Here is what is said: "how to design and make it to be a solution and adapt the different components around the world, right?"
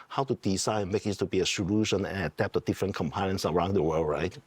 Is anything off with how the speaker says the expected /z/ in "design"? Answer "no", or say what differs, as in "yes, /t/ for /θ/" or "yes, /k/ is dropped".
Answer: yes, /s/ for /z/